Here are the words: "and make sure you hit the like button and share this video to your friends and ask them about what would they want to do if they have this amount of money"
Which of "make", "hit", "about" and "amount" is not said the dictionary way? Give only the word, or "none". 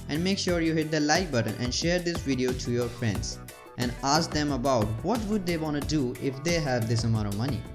amount